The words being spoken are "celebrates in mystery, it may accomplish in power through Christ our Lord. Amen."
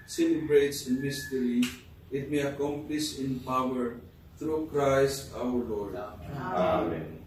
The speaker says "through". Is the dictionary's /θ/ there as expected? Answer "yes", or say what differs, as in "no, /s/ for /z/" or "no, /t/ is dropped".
no, /t/ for /θ/